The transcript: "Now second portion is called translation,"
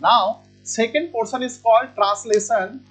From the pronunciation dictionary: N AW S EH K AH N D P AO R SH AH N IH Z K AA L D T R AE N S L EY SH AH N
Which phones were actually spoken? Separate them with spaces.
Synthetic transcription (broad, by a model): N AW S EH K AH N D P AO R S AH N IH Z K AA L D T R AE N S L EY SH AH N